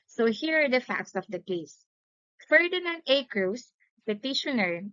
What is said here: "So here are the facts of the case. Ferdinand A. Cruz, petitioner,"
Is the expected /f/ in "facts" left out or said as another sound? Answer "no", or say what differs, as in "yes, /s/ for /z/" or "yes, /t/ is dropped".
no